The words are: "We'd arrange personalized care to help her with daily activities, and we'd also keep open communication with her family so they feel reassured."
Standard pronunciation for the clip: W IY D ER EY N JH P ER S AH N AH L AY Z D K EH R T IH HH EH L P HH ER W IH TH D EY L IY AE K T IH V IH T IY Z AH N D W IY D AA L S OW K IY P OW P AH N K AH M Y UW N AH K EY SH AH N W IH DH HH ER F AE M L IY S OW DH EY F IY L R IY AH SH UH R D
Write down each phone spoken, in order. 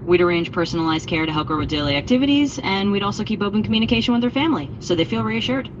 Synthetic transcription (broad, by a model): W IY D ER EY N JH P ER S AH N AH L AY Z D K EH R T IH HH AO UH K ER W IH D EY L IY AE K T IH V IH T IY Z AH N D W IY D AA L S OW K IY P OW P AH N K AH M Y UW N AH K EY SH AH N W IH DH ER F AE M L IY S OW DH EY F IY L R IY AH SH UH R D